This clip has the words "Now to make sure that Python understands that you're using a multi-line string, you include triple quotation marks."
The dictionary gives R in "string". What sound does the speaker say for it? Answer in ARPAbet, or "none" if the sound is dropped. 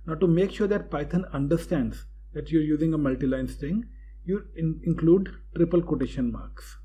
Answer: none